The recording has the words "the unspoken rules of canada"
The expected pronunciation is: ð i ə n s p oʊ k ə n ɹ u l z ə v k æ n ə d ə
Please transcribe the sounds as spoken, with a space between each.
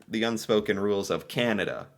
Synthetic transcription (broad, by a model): ð i ə n s p oʊ k ə n ɹ u l z ə v k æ n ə d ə